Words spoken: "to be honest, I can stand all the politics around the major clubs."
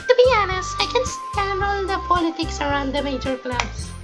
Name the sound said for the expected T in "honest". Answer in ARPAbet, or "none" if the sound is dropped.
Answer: none